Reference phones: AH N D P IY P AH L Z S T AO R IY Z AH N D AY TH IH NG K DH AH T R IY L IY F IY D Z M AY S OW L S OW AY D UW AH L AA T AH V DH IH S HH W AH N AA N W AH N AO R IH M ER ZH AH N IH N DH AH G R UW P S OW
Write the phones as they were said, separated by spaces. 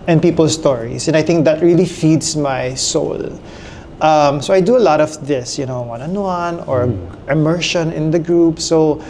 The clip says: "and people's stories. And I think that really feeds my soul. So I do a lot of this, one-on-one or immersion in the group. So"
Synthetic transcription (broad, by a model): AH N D P IY P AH L S T AO R IY S AH N D AY TH IH NG K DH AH T R IY L IY F IY D S M AY S OW L S OW AY D UW AH L AA T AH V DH IH S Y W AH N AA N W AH N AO R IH M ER SH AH N IH N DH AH G R UW P S OW